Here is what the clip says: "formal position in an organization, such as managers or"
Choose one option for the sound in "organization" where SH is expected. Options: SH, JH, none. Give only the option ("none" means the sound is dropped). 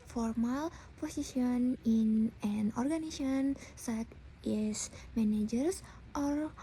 none